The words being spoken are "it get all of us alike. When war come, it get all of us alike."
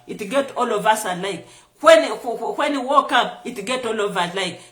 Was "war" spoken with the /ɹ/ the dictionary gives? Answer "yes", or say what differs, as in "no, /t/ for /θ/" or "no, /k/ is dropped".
no, /w/ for /ɹ/